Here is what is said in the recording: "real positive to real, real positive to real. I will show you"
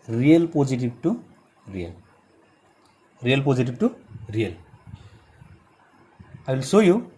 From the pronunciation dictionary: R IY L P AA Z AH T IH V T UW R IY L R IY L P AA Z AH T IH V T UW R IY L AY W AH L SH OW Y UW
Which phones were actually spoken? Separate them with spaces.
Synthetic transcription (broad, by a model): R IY L P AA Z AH T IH B T UW R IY L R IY L P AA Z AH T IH B T UW R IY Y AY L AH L S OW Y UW